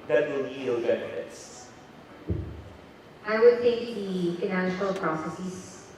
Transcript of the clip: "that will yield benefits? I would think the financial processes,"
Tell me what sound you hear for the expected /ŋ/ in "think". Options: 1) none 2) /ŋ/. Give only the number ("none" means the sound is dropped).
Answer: 1